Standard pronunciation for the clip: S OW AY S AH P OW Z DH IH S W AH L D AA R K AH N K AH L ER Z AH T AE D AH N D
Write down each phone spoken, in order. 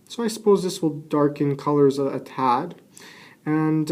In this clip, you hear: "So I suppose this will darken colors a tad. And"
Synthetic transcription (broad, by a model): S OW AY S AH P OW Z DH IH S W AH L D AA R K AH N K AH L ER Z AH T AE D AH N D